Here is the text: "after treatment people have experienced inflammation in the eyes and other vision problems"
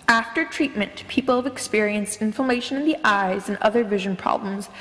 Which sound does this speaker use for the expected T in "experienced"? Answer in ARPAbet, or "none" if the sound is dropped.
T